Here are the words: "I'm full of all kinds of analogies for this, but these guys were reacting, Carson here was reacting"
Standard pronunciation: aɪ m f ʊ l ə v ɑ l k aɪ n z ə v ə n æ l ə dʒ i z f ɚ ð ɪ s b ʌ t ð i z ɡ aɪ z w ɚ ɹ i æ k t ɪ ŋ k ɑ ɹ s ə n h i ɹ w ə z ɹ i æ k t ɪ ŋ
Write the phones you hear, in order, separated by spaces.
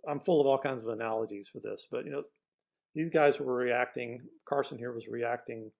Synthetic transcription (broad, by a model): aɪ m f ʊ l ə v ɑ l k aɪ n z ə v ə n æ l ə dʒ i z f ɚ ð ɪ s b ʌ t ð i z ɡ aɪ z w ɚ ɹ i æ k t ɪ ŋ k ɑ ɹ s ə n h i ɹ w ə z ɹ i æ k t ɪ ŋ